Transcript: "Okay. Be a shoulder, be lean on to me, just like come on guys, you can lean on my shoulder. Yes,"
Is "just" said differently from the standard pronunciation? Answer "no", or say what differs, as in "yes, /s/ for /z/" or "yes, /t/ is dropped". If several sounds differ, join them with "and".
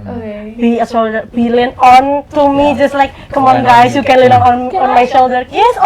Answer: no